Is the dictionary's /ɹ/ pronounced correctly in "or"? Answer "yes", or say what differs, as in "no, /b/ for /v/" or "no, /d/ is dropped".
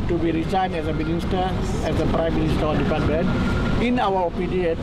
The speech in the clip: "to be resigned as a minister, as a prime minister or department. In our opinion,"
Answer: no, /l/ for /ɹ/